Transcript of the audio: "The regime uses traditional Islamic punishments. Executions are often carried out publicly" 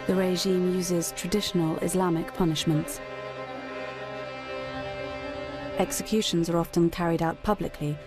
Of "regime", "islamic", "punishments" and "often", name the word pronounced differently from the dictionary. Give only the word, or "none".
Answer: none